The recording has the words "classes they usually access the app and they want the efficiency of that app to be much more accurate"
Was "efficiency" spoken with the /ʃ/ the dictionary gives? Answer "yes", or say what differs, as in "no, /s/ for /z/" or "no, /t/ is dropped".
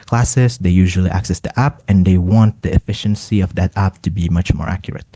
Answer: yes